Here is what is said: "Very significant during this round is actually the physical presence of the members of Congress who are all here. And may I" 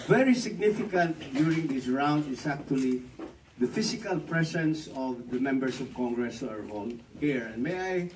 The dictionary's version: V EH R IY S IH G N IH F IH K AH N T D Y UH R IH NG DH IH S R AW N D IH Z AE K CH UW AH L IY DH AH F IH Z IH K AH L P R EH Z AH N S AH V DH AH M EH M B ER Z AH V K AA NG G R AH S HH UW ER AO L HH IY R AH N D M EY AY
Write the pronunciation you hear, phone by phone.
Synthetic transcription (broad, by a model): V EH R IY S IH G N IH F IH K AH N T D Y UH R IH NG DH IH S R AW N D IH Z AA K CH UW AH L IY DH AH F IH S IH K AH L P R EH S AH N S AH V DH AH M EH M B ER S AH V K AA NG G R AH S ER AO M HH IY R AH N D M EY AY